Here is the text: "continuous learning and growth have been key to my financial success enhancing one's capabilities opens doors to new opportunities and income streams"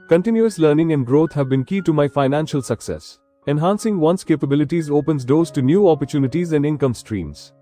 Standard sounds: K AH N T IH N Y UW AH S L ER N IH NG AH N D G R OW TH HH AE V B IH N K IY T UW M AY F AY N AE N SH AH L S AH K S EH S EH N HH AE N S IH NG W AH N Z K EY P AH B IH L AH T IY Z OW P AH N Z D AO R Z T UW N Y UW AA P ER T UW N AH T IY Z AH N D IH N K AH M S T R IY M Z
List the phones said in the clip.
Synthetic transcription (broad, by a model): K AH N T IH N Y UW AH S L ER N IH NG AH N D G R OW T HH AE V B IH N K IY T UW M AY F AY N AE N SH AH L S AH K S EH S EH N HH AE N S IH NG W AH N S K EY P AH B IH L AH T IY Z OW P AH N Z D AO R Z T UW N Y UW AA P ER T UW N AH T IY Z AH N D IH N K AH M S T R IY M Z